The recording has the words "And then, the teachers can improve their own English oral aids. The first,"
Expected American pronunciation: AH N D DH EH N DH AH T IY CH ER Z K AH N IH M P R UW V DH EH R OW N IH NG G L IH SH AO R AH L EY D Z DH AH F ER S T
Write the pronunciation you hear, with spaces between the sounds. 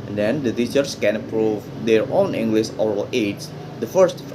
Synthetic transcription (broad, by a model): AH N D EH N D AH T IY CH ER S K AH N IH P R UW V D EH R OW N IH NG G L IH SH AO R AH L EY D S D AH F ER S T